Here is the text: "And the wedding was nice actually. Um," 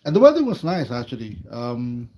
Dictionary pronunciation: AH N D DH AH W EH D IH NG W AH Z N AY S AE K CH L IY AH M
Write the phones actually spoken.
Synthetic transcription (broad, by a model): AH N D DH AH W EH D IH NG W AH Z N AY S AE K CH L IY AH M